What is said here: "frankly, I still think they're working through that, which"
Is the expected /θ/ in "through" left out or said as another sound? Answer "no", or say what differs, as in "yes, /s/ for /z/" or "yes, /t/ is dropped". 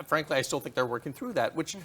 no